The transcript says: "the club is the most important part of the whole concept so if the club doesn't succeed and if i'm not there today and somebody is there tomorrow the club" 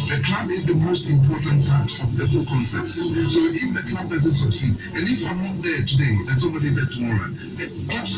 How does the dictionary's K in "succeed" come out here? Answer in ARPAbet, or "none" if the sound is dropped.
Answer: none